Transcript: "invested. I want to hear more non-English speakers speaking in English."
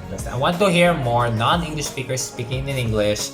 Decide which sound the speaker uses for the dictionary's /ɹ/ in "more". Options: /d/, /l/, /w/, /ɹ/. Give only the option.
/ɹ/